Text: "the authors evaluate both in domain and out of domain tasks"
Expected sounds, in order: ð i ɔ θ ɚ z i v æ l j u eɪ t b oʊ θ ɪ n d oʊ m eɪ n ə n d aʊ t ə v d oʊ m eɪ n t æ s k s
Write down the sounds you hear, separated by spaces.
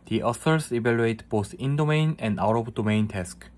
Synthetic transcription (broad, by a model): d i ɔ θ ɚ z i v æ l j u eɪ t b oʊ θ ɪ n d oʊ m eɪ n ə n d aʊ t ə b d oʊ m eɪ n t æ s k